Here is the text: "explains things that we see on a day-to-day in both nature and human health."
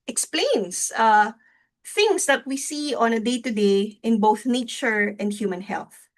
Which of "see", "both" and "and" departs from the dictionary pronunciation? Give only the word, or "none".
none